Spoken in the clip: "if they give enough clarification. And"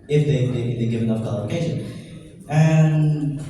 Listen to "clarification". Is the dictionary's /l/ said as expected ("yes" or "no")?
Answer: no